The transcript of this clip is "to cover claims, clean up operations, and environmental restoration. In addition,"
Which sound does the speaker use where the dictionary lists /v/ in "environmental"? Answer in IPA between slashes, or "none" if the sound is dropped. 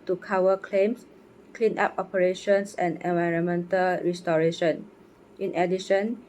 /v/